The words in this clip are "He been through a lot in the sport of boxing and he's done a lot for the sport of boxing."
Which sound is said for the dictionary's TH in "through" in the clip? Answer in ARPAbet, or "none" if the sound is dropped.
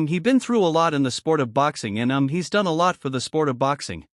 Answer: TH